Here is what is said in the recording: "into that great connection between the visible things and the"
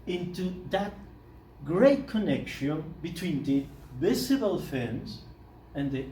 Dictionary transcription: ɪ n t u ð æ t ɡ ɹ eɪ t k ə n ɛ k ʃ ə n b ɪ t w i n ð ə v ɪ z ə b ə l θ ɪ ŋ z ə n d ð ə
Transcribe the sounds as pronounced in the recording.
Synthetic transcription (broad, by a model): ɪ n t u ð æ t ɡ ɹ eɪ t k ə n ɛ k ʃ ə n b ɪ t w i n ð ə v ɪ s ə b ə l f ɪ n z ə n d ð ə